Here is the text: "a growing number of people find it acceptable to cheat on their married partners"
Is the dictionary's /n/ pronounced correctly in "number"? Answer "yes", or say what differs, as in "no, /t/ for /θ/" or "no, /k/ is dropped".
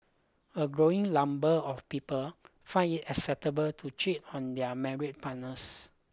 no, /l/ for /n/